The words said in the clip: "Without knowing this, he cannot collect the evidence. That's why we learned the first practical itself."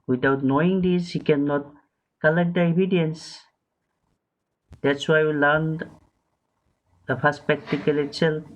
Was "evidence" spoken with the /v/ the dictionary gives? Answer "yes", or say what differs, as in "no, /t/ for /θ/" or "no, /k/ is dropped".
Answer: no, /b/ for /v/